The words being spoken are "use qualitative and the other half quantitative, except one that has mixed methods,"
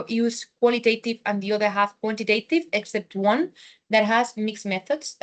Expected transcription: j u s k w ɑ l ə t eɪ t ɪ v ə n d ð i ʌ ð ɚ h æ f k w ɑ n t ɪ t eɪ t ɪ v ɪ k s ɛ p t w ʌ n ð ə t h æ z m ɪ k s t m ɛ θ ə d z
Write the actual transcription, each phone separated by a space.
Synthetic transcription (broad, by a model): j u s k w ɑ l ə t eɪ t ɪ v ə n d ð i ʌ ð ɚ h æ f k w ɑ n t ɪ t eɪ t ɪ v ɪ k s ɛ p t w ʌ n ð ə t h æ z m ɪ k s m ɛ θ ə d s